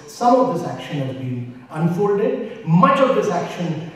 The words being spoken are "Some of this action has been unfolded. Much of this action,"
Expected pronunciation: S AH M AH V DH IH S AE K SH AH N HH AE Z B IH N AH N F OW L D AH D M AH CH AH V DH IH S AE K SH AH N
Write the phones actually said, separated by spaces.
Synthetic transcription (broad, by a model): S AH M AH V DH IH S AE K SH AH N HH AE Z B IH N AH N F OW L D AH D M AH CH AH V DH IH S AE K SH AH N